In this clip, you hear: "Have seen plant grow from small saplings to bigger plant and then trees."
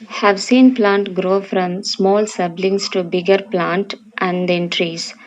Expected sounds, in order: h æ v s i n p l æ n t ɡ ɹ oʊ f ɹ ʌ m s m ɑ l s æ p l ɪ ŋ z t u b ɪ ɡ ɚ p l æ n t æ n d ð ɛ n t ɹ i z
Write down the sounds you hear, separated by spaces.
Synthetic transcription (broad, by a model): h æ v s i n p l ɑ n t ɡ ɹ oʊ f ɹ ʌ m s m ɑ l s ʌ b l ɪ ŋ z t u b ɪ ɡ ɚ p l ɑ n t æ n d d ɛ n t ɹ i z